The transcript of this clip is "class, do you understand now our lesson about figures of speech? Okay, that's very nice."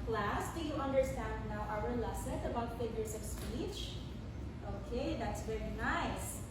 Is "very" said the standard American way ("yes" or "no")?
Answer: yes